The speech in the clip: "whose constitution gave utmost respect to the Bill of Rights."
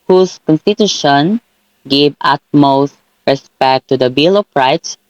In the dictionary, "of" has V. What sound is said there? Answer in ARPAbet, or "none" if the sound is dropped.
P